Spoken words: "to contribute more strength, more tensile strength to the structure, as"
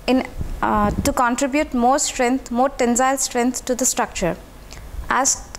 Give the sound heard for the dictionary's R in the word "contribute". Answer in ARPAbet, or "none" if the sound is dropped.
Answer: R